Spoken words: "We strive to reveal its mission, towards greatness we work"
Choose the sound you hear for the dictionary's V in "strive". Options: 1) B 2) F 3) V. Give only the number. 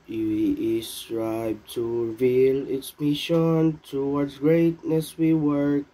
1